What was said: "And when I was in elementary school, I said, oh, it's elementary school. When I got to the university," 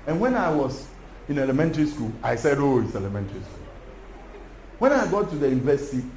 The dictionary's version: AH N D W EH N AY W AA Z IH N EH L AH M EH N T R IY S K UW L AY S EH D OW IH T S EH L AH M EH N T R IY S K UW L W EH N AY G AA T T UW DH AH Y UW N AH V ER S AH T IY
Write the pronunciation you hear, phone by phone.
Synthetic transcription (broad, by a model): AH N W EH N AY W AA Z IH N EH L AH M EH N T R IY S K UW L AY S EH D OW IH T S EH L AH M EH N T R IY S K UW L W EH N AY G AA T T UW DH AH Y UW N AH V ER S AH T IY